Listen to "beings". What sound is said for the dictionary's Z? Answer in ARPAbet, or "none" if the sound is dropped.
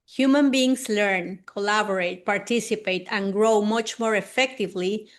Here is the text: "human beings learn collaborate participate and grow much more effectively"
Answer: S